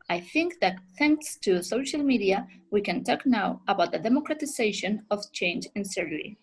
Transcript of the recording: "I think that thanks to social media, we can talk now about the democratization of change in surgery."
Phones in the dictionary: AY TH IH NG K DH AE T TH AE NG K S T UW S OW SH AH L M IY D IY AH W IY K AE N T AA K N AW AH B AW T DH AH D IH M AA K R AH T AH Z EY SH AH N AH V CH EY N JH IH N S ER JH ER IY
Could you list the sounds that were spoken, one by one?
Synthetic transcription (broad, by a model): AY TH IH NG K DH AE T TH AE NG K S T UW S OW SH AH L M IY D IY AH W IY K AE N T AA K N AW AH B AW T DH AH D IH M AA K R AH T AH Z EY SH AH N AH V CH EY N JH IH N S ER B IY